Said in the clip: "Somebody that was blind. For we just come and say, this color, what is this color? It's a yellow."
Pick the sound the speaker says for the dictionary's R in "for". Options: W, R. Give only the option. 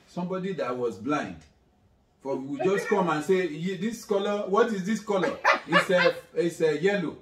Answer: W